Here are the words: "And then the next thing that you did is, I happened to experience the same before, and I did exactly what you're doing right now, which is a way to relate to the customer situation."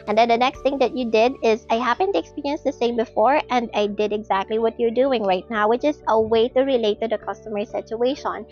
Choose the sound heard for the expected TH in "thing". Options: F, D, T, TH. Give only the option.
T